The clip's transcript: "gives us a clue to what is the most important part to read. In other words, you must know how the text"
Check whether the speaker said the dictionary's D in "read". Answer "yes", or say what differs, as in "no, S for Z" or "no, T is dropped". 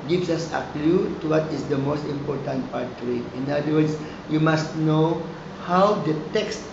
no, D is dropped